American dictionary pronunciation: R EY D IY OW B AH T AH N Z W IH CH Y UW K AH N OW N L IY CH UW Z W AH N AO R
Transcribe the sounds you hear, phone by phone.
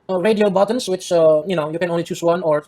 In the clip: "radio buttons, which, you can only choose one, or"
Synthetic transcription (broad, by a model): R EY D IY OW B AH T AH N S W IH CH Y UW K AH N OW N L IY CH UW S W AH N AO R